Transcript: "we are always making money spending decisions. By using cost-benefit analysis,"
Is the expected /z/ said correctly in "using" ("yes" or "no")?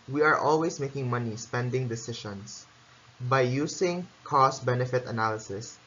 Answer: no